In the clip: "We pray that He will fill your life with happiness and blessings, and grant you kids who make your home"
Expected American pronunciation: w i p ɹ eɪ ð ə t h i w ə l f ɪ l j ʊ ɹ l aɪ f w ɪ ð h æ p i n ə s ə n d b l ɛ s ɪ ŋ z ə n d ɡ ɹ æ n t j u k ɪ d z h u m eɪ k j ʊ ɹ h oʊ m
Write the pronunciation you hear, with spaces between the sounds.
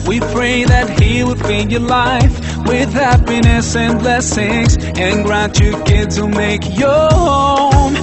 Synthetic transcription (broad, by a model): w i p ɹ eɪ ð ə t h i w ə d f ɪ n j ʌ ɹ l aɪ f w ɪ ð h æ p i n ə s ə n b l ɛ s ɪ ŋ z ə n ɡ ɹ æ n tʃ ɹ k ɪ d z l m eɪ k j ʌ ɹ h oʊ m